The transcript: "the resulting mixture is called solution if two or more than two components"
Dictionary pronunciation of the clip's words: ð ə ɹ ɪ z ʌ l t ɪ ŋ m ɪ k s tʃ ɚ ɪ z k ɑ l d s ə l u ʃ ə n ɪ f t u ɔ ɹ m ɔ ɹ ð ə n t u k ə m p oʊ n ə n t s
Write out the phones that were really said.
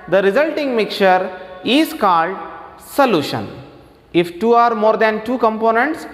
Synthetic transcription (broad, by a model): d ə ɹ ɪ z ʌ l t ɪ ŋ m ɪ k tʃ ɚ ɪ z k ɑ l d s ə l u ʃ ə n ɪ f t u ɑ ɹ m ɔ ɹ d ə n t u k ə m p oʊ n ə n t s